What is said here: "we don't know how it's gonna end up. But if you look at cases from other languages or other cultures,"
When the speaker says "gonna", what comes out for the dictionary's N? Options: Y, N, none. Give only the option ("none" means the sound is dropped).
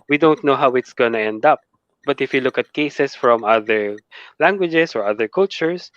N